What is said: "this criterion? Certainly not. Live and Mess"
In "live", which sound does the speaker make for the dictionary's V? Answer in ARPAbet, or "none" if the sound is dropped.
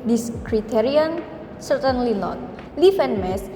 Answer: F